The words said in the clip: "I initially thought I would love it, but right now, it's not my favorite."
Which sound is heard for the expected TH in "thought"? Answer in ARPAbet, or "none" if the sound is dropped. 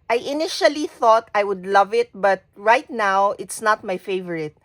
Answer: TH